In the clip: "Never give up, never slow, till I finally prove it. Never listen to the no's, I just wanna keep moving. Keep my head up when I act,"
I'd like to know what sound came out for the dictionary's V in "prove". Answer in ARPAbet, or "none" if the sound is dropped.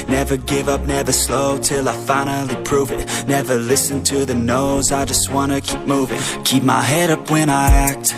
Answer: V